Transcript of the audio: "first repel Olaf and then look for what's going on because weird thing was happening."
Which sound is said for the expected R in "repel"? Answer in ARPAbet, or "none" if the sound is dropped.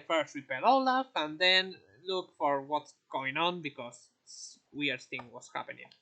W